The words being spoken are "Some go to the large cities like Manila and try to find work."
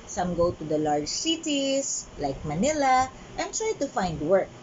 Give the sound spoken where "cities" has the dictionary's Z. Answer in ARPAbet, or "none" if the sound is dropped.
S